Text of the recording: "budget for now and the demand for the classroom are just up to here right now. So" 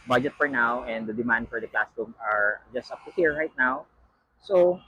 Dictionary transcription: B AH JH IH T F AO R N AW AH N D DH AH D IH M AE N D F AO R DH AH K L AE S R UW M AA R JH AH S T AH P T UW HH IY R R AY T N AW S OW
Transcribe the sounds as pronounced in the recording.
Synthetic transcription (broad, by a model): B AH JH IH T F AO R N AW AH N D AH D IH M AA N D F AO R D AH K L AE S UW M AA R JH AH S T AH P T UW HH IY R R AY T N AW S OW